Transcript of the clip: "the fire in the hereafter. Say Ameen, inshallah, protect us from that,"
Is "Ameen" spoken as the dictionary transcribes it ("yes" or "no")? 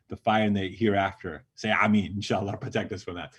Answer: no